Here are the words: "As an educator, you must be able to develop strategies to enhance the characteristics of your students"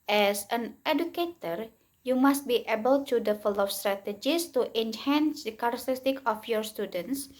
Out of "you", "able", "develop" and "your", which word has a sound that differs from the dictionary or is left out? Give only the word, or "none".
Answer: develop